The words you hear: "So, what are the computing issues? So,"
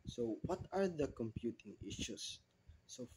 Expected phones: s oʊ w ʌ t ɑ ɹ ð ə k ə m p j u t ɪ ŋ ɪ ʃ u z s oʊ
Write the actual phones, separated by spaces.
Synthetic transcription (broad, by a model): s oʊ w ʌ t ɑ ɹ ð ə k ə m p j u t ɪ ŋ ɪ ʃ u s oʊ